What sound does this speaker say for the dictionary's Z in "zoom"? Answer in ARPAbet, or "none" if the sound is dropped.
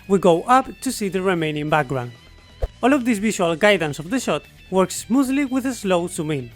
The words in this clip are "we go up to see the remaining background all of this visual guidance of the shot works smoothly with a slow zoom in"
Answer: S